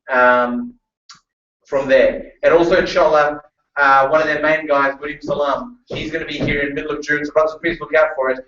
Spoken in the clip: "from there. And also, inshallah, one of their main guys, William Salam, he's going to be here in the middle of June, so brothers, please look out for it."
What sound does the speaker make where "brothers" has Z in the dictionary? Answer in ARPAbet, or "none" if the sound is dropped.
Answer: none